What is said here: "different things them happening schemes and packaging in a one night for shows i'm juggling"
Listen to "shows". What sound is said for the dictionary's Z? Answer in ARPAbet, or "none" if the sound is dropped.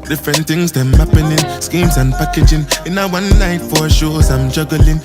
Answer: S